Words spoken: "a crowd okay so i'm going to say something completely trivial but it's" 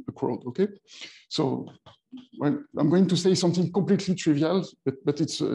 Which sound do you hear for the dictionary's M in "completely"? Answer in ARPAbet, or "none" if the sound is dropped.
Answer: M